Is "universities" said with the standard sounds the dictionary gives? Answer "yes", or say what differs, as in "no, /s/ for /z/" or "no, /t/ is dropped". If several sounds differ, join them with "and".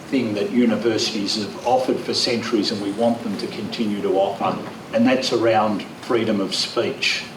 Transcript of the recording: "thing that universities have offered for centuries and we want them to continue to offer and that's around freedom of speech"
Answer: yes